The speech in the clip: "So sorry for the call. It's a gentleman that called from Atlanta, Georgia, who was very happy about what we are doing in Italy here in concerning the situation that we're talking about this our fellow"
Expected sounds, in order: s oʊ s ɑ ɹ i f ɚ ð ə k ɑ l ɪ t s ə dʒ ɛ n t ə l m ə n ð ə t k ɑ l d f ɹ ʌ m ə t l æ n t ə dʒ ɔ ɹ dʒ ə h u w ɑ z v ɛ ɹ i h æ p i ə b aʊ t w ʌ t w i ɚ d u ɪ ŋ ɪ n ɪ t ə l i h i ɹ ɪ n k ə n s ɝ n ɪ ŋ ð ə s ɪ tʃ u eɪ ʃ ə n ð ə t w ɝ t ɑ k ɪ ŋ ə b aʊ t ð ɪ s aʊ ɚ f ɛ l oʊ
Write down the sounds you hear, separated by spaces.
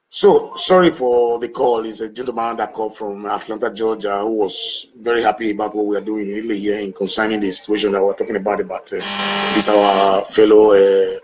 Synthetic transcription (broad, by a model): s oʊ s ɑ ɹ i f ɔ ð ə k ɑ l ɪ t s ə dʒ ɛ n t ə m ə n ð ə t k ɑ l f ɹ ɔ m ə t l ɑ n t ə dʒ ɔ dʒ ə h u w ɑ z v ɛ ɹ i h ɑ p i ə b aʊ t w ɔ t w i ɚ d u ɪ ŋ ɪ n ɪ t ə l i h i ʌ ɪ n k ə n s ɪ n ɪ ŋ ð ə s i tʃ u eɪ ʃ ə n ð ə t w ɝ t ɑ k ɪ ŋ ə b aʊ t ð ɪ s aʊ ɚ f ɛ l oʊ